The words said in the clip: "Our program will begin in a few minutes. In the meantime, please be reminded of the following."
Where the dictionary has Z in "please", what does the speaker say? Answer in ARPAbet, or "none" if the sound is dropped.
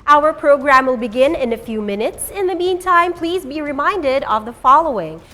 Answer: Z